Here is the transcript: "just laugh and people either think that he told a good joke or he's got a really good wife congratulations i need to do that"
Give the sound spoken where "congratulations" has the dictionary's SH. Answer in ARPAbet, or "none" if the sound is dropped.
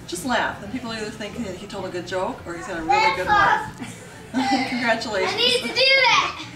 none